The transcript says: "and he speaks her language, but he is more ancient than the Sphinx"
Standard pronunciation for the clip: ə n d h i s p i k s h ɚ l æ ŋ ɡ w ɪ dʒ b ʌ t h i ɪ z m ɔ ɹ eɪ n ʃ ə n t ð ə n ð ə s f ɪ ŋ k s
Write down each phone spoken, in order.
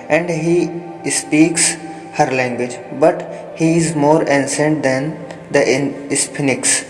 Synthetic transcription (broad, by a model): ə n d h i s p i k s h ɚ l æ ŋ ɡ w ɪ dʒ b ʌ t h i ɪ z m ɔ ɹ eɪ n s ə n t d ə n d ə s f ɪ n k s